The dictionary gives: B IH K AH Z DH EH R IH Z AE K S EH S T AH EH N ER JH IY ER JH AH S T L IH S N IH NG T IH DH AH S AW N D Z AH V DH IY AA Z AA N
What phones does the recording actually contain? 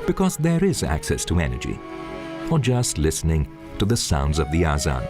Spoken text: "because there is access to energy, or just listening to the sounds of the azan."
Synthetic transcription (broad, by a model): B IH K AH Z DH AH R IH Z AE K S EH S T AH EH N ER JH IY ER JH AH S T L IH S N IH NG T IH DH AH S AW N D Z AH V DH IY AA Z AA N